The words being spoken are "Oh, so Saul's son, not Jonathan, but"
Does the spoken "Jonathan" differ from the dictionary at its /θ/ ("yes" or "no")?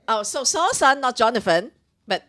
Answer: yes